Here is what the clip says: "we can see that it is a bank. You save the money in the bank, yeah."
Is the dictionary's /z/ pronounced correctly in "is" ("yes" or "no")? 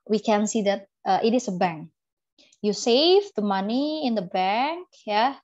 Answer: no